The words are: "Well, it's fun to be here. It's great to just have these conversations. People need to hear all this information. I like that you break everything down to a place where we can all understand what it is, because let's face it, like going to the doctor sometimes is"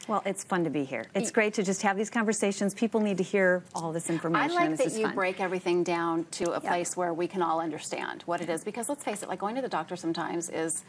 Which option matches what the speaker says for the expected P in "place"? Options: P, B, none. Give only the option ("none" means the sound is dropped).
P